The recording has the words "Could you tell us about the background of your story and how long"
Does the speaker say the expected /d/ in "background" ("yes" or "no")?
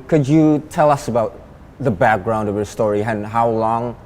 yes